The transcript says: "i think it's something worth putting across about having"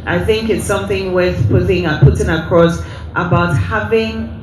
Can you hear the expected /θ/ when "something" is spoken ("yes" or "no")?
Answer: yes